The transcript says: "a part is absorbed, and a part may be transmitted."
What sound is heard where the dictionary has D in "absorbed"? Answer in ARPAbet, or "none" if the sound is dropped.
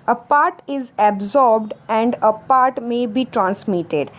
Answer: D